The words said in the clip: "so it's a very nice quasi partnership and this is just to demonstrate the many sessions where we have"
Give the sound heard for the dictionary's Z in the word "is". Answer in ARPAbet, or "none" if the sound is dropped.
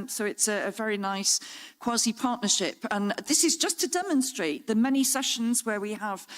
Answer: Z